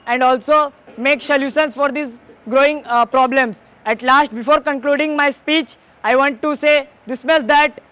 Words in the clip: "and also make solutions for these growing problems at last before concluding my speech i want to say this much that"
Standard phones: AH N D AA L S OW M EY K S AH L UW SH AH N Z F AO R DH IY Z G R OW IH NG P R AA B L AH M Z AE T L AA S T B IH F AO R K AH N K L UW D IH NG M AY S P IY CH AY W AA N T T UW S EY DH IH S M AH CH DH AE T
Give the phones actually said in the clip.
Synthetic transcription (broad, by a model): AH N D AA L S OW M EY K S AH L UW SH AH N S F AO R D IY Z G R OW IH NG P R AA B L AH M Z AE T L AA S T B IH F AO R K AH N K L UW D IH NG M AY S P IY CH AY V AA N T T UW S EY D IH S M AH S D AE T